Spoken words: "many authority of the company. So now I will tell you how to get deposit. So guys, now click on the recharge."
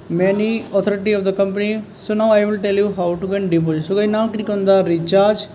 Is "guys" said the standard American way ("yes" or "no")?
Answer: no